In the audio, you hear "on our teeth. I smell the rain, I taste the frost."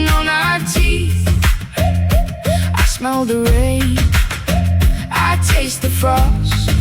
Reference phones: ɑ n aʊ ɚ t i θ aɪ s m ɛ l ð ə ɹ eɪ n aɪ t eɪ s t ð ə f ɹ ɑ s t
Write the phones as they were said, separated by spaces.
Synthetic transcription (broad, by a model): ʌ n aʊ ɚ t i θ aɪ s m ɛ l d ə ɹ eɪ aɪ t eɪ s t ð ə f ɹ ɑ s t